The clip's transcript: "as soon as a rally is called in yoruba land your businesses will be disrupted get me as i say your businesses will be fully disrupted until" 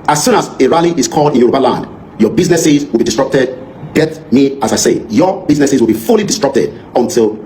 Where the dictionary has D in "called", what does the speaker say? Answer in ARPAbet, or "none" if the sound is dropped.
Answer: D